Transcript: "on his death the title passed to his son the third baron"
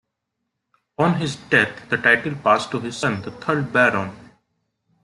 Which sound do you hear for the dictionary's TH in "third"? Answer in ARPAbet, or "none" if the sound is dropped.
T